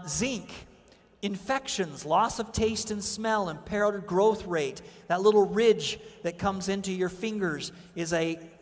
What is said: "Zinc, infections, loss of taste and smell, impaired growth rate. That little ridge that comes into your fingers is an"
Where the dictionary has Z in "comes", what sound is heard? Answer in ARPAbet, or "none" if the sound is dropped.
Z